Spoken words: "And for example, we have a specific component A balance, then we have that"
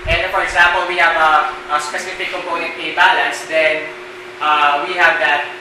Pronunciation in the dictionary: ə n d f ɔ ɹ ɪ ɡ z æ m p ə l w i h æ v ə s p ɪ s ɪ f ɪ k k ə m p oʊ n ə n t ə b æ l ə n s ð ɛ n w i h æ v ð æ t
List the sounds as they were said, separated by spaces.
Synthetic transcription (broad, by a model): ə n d f ɔ ɹ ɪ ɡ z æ m p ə l w i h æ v ə s p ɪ s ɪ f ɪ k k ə m p oʊ n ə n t ə b æ l ə n s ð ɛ n w i h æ v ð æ t